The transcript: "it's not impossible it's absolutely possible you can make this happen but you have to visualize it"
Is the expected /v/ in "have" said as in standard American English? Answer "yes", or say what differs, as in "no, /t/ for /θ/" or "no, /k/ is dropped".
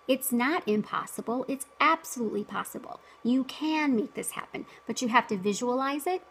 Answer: no, /f/ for /v/